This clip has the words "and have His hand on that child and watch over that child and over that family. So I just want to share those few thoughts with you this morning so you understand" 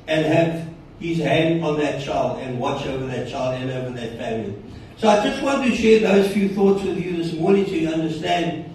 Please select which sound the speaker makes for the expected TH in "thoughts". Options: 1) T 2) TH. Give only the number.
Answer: 2